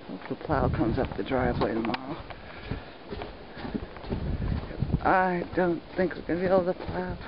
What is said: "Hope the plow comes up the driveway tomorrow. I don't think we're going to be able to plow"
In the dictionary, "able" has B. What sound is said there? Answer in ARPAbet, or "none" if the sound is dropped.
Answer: none